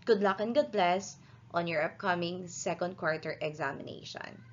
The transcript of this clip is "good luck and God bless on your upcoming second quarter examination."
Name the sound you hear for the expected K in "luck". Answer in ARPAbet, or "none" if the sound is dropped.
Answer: K